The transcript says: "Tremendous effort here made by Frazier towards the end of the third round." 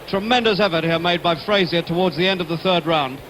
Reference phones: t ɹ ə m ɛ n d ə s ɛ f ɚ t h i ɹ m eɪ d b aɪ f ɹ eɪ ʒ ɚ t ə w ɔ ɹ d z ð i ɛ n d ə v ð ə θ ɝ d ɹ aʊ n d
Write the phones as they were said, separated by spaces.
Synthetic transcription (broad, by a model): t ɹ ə m ɛ n d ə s ɛ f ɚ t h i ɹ m eɪ d b aɪ f ɹ eɪ z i t ə w ɔ ɹ d z ð i ɛ n d ə v ð ə θ ɝ d ɹ aʊ n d